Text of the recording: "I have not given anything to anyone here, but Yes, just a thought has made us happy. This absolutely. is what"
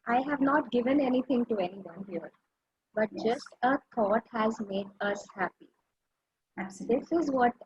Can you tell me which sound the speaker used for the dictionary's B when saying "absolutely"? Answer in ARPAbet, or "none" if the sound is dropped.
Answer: none